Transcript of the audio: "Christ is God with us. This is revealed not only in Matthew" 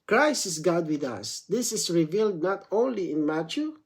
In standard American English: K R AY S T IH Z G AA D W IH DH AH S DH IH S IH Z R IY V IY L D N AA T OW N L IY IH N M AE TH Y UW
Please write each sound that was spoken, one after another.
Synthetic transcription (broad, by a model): K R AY S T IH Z G AA D W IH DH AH S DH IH S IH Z R IY V IY L D N AA T OW N L IY IH N M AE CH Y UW